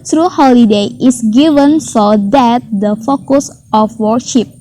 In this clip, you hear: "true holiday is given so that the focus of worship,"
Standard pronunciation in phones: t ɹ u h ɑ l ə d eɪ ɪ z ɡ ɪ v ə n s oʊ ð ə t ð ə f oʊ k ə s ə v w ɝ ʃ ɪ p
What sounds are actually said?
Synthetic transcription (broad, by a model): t ɹ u h ɑ l ə d eɪ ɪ s ɡ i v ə n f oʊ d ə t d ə f oʊ k ə s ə f w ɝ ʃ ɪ p